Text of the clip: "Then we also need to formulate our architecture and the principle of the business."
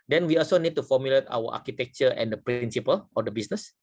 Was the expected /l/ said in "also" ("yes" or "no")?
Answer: yes